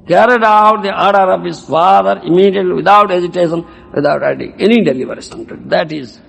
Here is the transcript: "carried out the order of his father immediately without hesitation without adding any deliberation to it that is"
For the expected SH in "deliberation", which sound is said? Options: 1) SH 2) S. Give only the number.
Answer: 2